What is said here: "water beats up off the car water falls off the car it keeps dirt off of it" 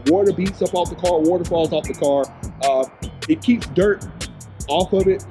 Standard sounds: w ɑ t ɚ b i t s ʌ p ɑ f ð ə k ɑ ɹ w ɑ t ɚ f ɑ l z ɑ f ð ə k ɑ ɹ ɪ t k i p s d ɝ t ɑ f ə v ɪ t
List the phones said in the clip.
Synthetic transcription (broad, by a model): w ɑ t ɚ b i t s ʌ p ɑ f ð ə k ɑ ɹ w ɑ t ɚ f ɑ l z ɑ f ð ə k ɑ ɹ ɪ t k i p s d ɝ t ɑ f ə v ɪ t